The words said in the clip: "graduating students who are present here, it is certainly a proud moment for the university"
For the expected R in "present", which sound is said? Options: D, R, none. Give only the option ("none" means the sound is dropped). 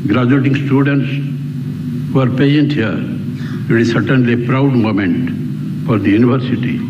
none